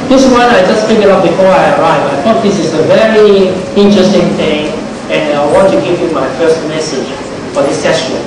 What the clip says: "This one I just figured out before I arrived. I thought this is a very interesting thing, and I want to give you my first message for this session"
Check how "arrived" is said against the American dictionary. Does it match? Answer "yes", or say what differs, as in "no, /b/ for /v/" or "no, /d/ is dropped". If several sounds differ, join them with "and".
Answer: no, /d/ is dropped